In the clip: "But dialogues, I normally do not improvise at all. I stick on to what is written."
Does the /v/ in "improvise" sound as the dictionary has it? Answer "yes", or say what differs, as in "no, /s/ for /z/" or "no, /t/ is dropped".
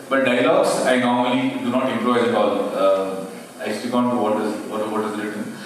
no, /v/ is dropped